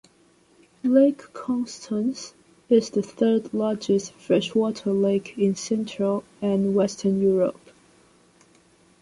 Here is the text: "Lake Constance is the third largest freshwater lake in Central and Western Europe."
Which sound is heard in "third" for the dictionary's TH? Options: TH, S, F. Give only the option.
TH